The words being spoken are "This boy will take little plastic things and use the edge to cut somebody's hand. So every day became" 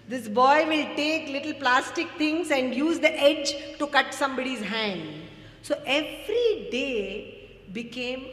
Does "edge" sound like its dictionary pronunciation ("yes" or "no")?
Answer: yes